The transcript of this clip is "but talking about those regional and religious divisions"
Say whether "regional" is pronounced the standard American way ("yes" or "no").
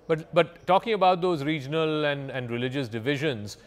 no